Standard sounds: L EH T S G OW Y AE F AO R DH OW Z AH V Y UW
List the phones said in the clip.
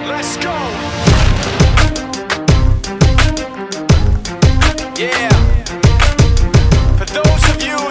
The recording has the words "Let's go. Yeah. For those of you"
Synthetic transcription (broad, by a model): L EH T S G OW Y AE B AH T DH OW Z AH V Y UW